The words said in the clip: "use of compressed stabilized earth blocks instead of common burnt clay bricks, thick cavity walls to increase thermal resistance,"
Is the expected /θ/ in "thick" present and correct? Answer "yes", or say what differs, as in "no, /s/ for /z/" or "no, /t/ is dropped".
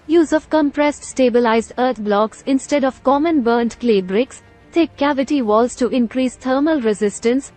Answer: no, /t/ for /θ/